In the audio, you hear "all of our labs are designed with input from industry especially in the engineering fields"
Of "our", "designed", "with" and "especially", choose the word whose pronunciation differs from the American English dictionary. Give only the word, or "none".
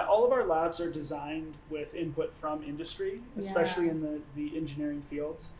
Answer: none